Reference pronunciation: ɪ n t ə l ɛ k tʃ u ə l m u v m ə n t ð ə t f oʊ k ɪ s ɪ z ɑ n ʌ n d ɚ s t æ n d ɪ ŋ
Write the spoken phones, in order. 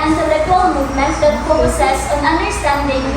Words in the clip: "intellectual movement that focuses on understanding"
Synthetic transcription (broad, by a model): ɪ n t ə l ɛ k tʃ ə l m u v m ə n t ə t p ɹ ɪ s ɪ s ɑ n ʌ n d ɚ s t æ n d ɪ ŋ